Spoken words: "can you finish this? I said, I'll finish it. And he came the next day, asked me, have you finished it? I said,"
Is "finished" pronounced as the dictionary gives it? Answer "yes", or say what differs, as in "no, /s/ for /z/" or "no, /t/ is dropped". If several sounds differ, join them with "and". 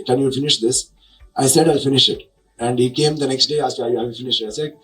no, /t/ is dropped